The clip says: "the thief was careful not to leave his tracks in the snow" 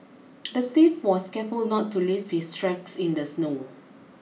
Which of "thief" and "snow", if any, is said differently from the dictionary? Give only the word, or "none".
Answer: thief